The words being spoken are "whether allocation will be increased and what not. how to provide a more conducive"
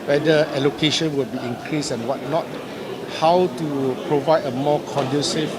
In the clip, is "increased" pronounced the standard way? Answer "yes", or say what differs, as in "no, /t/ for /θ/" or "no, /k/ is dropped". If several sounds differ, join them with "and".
no, /t/ is dropped